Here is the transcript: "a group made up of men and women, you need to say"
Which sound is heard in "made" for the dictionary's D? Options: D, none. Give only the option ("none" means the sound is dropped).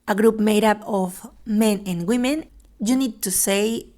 D